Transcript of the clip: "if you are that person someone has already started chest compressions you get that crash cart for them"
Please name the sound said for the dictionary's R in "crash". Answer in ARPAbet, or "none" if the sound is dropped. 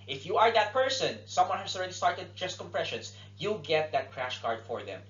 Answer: R